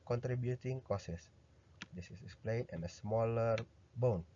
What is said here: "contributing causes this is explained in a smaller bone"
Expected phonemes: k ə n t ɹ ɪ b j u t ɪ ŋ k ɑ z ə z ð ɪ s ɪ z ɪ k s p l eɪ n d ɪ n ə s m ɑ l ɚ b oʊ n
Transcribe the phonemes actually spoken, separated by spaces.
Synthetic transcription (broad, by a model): k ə n t ɹ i b j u t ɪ ŋ k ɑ s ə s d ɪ s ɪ s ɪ k s p l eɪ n ɪ n ə s m ɑ l ɚ b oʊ n